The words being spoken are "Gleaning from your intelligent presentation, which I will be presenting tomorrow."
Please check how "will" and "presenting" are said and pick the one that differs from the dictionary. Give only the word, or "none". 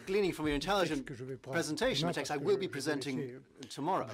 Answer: none